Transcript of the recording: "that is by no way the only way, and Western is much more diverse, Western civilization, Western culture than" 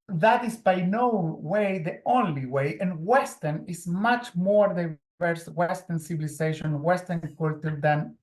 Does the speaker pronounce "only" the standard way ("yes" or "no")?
yes